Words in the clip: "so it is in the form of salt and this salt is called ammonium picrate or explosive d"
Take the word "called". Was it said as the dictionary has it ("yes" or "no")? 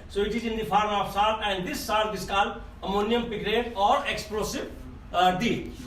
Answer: no